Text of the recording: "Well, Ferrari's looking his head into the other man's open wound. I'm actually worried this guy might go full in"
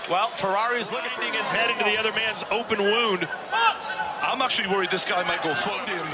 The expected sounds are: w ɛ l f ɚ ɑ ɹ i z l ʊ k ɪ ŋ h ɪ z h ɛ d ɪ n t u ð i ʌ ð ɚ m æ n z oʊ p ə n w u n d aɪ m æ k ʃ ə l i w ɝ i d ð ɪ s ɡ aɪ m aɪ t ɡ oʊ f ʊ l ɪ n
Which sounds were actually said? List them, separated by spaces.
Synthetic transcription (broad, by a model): w ɛ l f ɚ ɑ ɹ i z l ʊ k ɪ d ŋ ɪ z h ɛ d ɪ n t u ð i ʌ ð ɚ m æ n z oʊ p ə n w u n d aɪ m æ k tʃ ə l i w ɝ i d ð ɪ s ɡ aɪ m aɪ t ɡ oʊ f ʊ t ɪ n